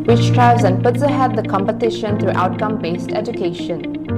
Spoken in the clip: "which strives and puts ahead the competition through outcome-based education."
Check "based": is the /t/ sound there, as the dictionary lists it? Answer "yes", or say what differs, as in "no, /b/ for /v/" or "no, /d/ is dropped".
yes